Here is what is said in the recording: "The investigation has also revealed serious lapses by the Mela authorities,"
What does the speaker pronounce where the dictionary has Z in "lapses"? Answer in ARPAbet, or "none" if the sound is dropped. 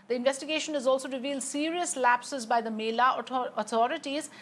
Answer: Z